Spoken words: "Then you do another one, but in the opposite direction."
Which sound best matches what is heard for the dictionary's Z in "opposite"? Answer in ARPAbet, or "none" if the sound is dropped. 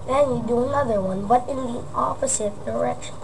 S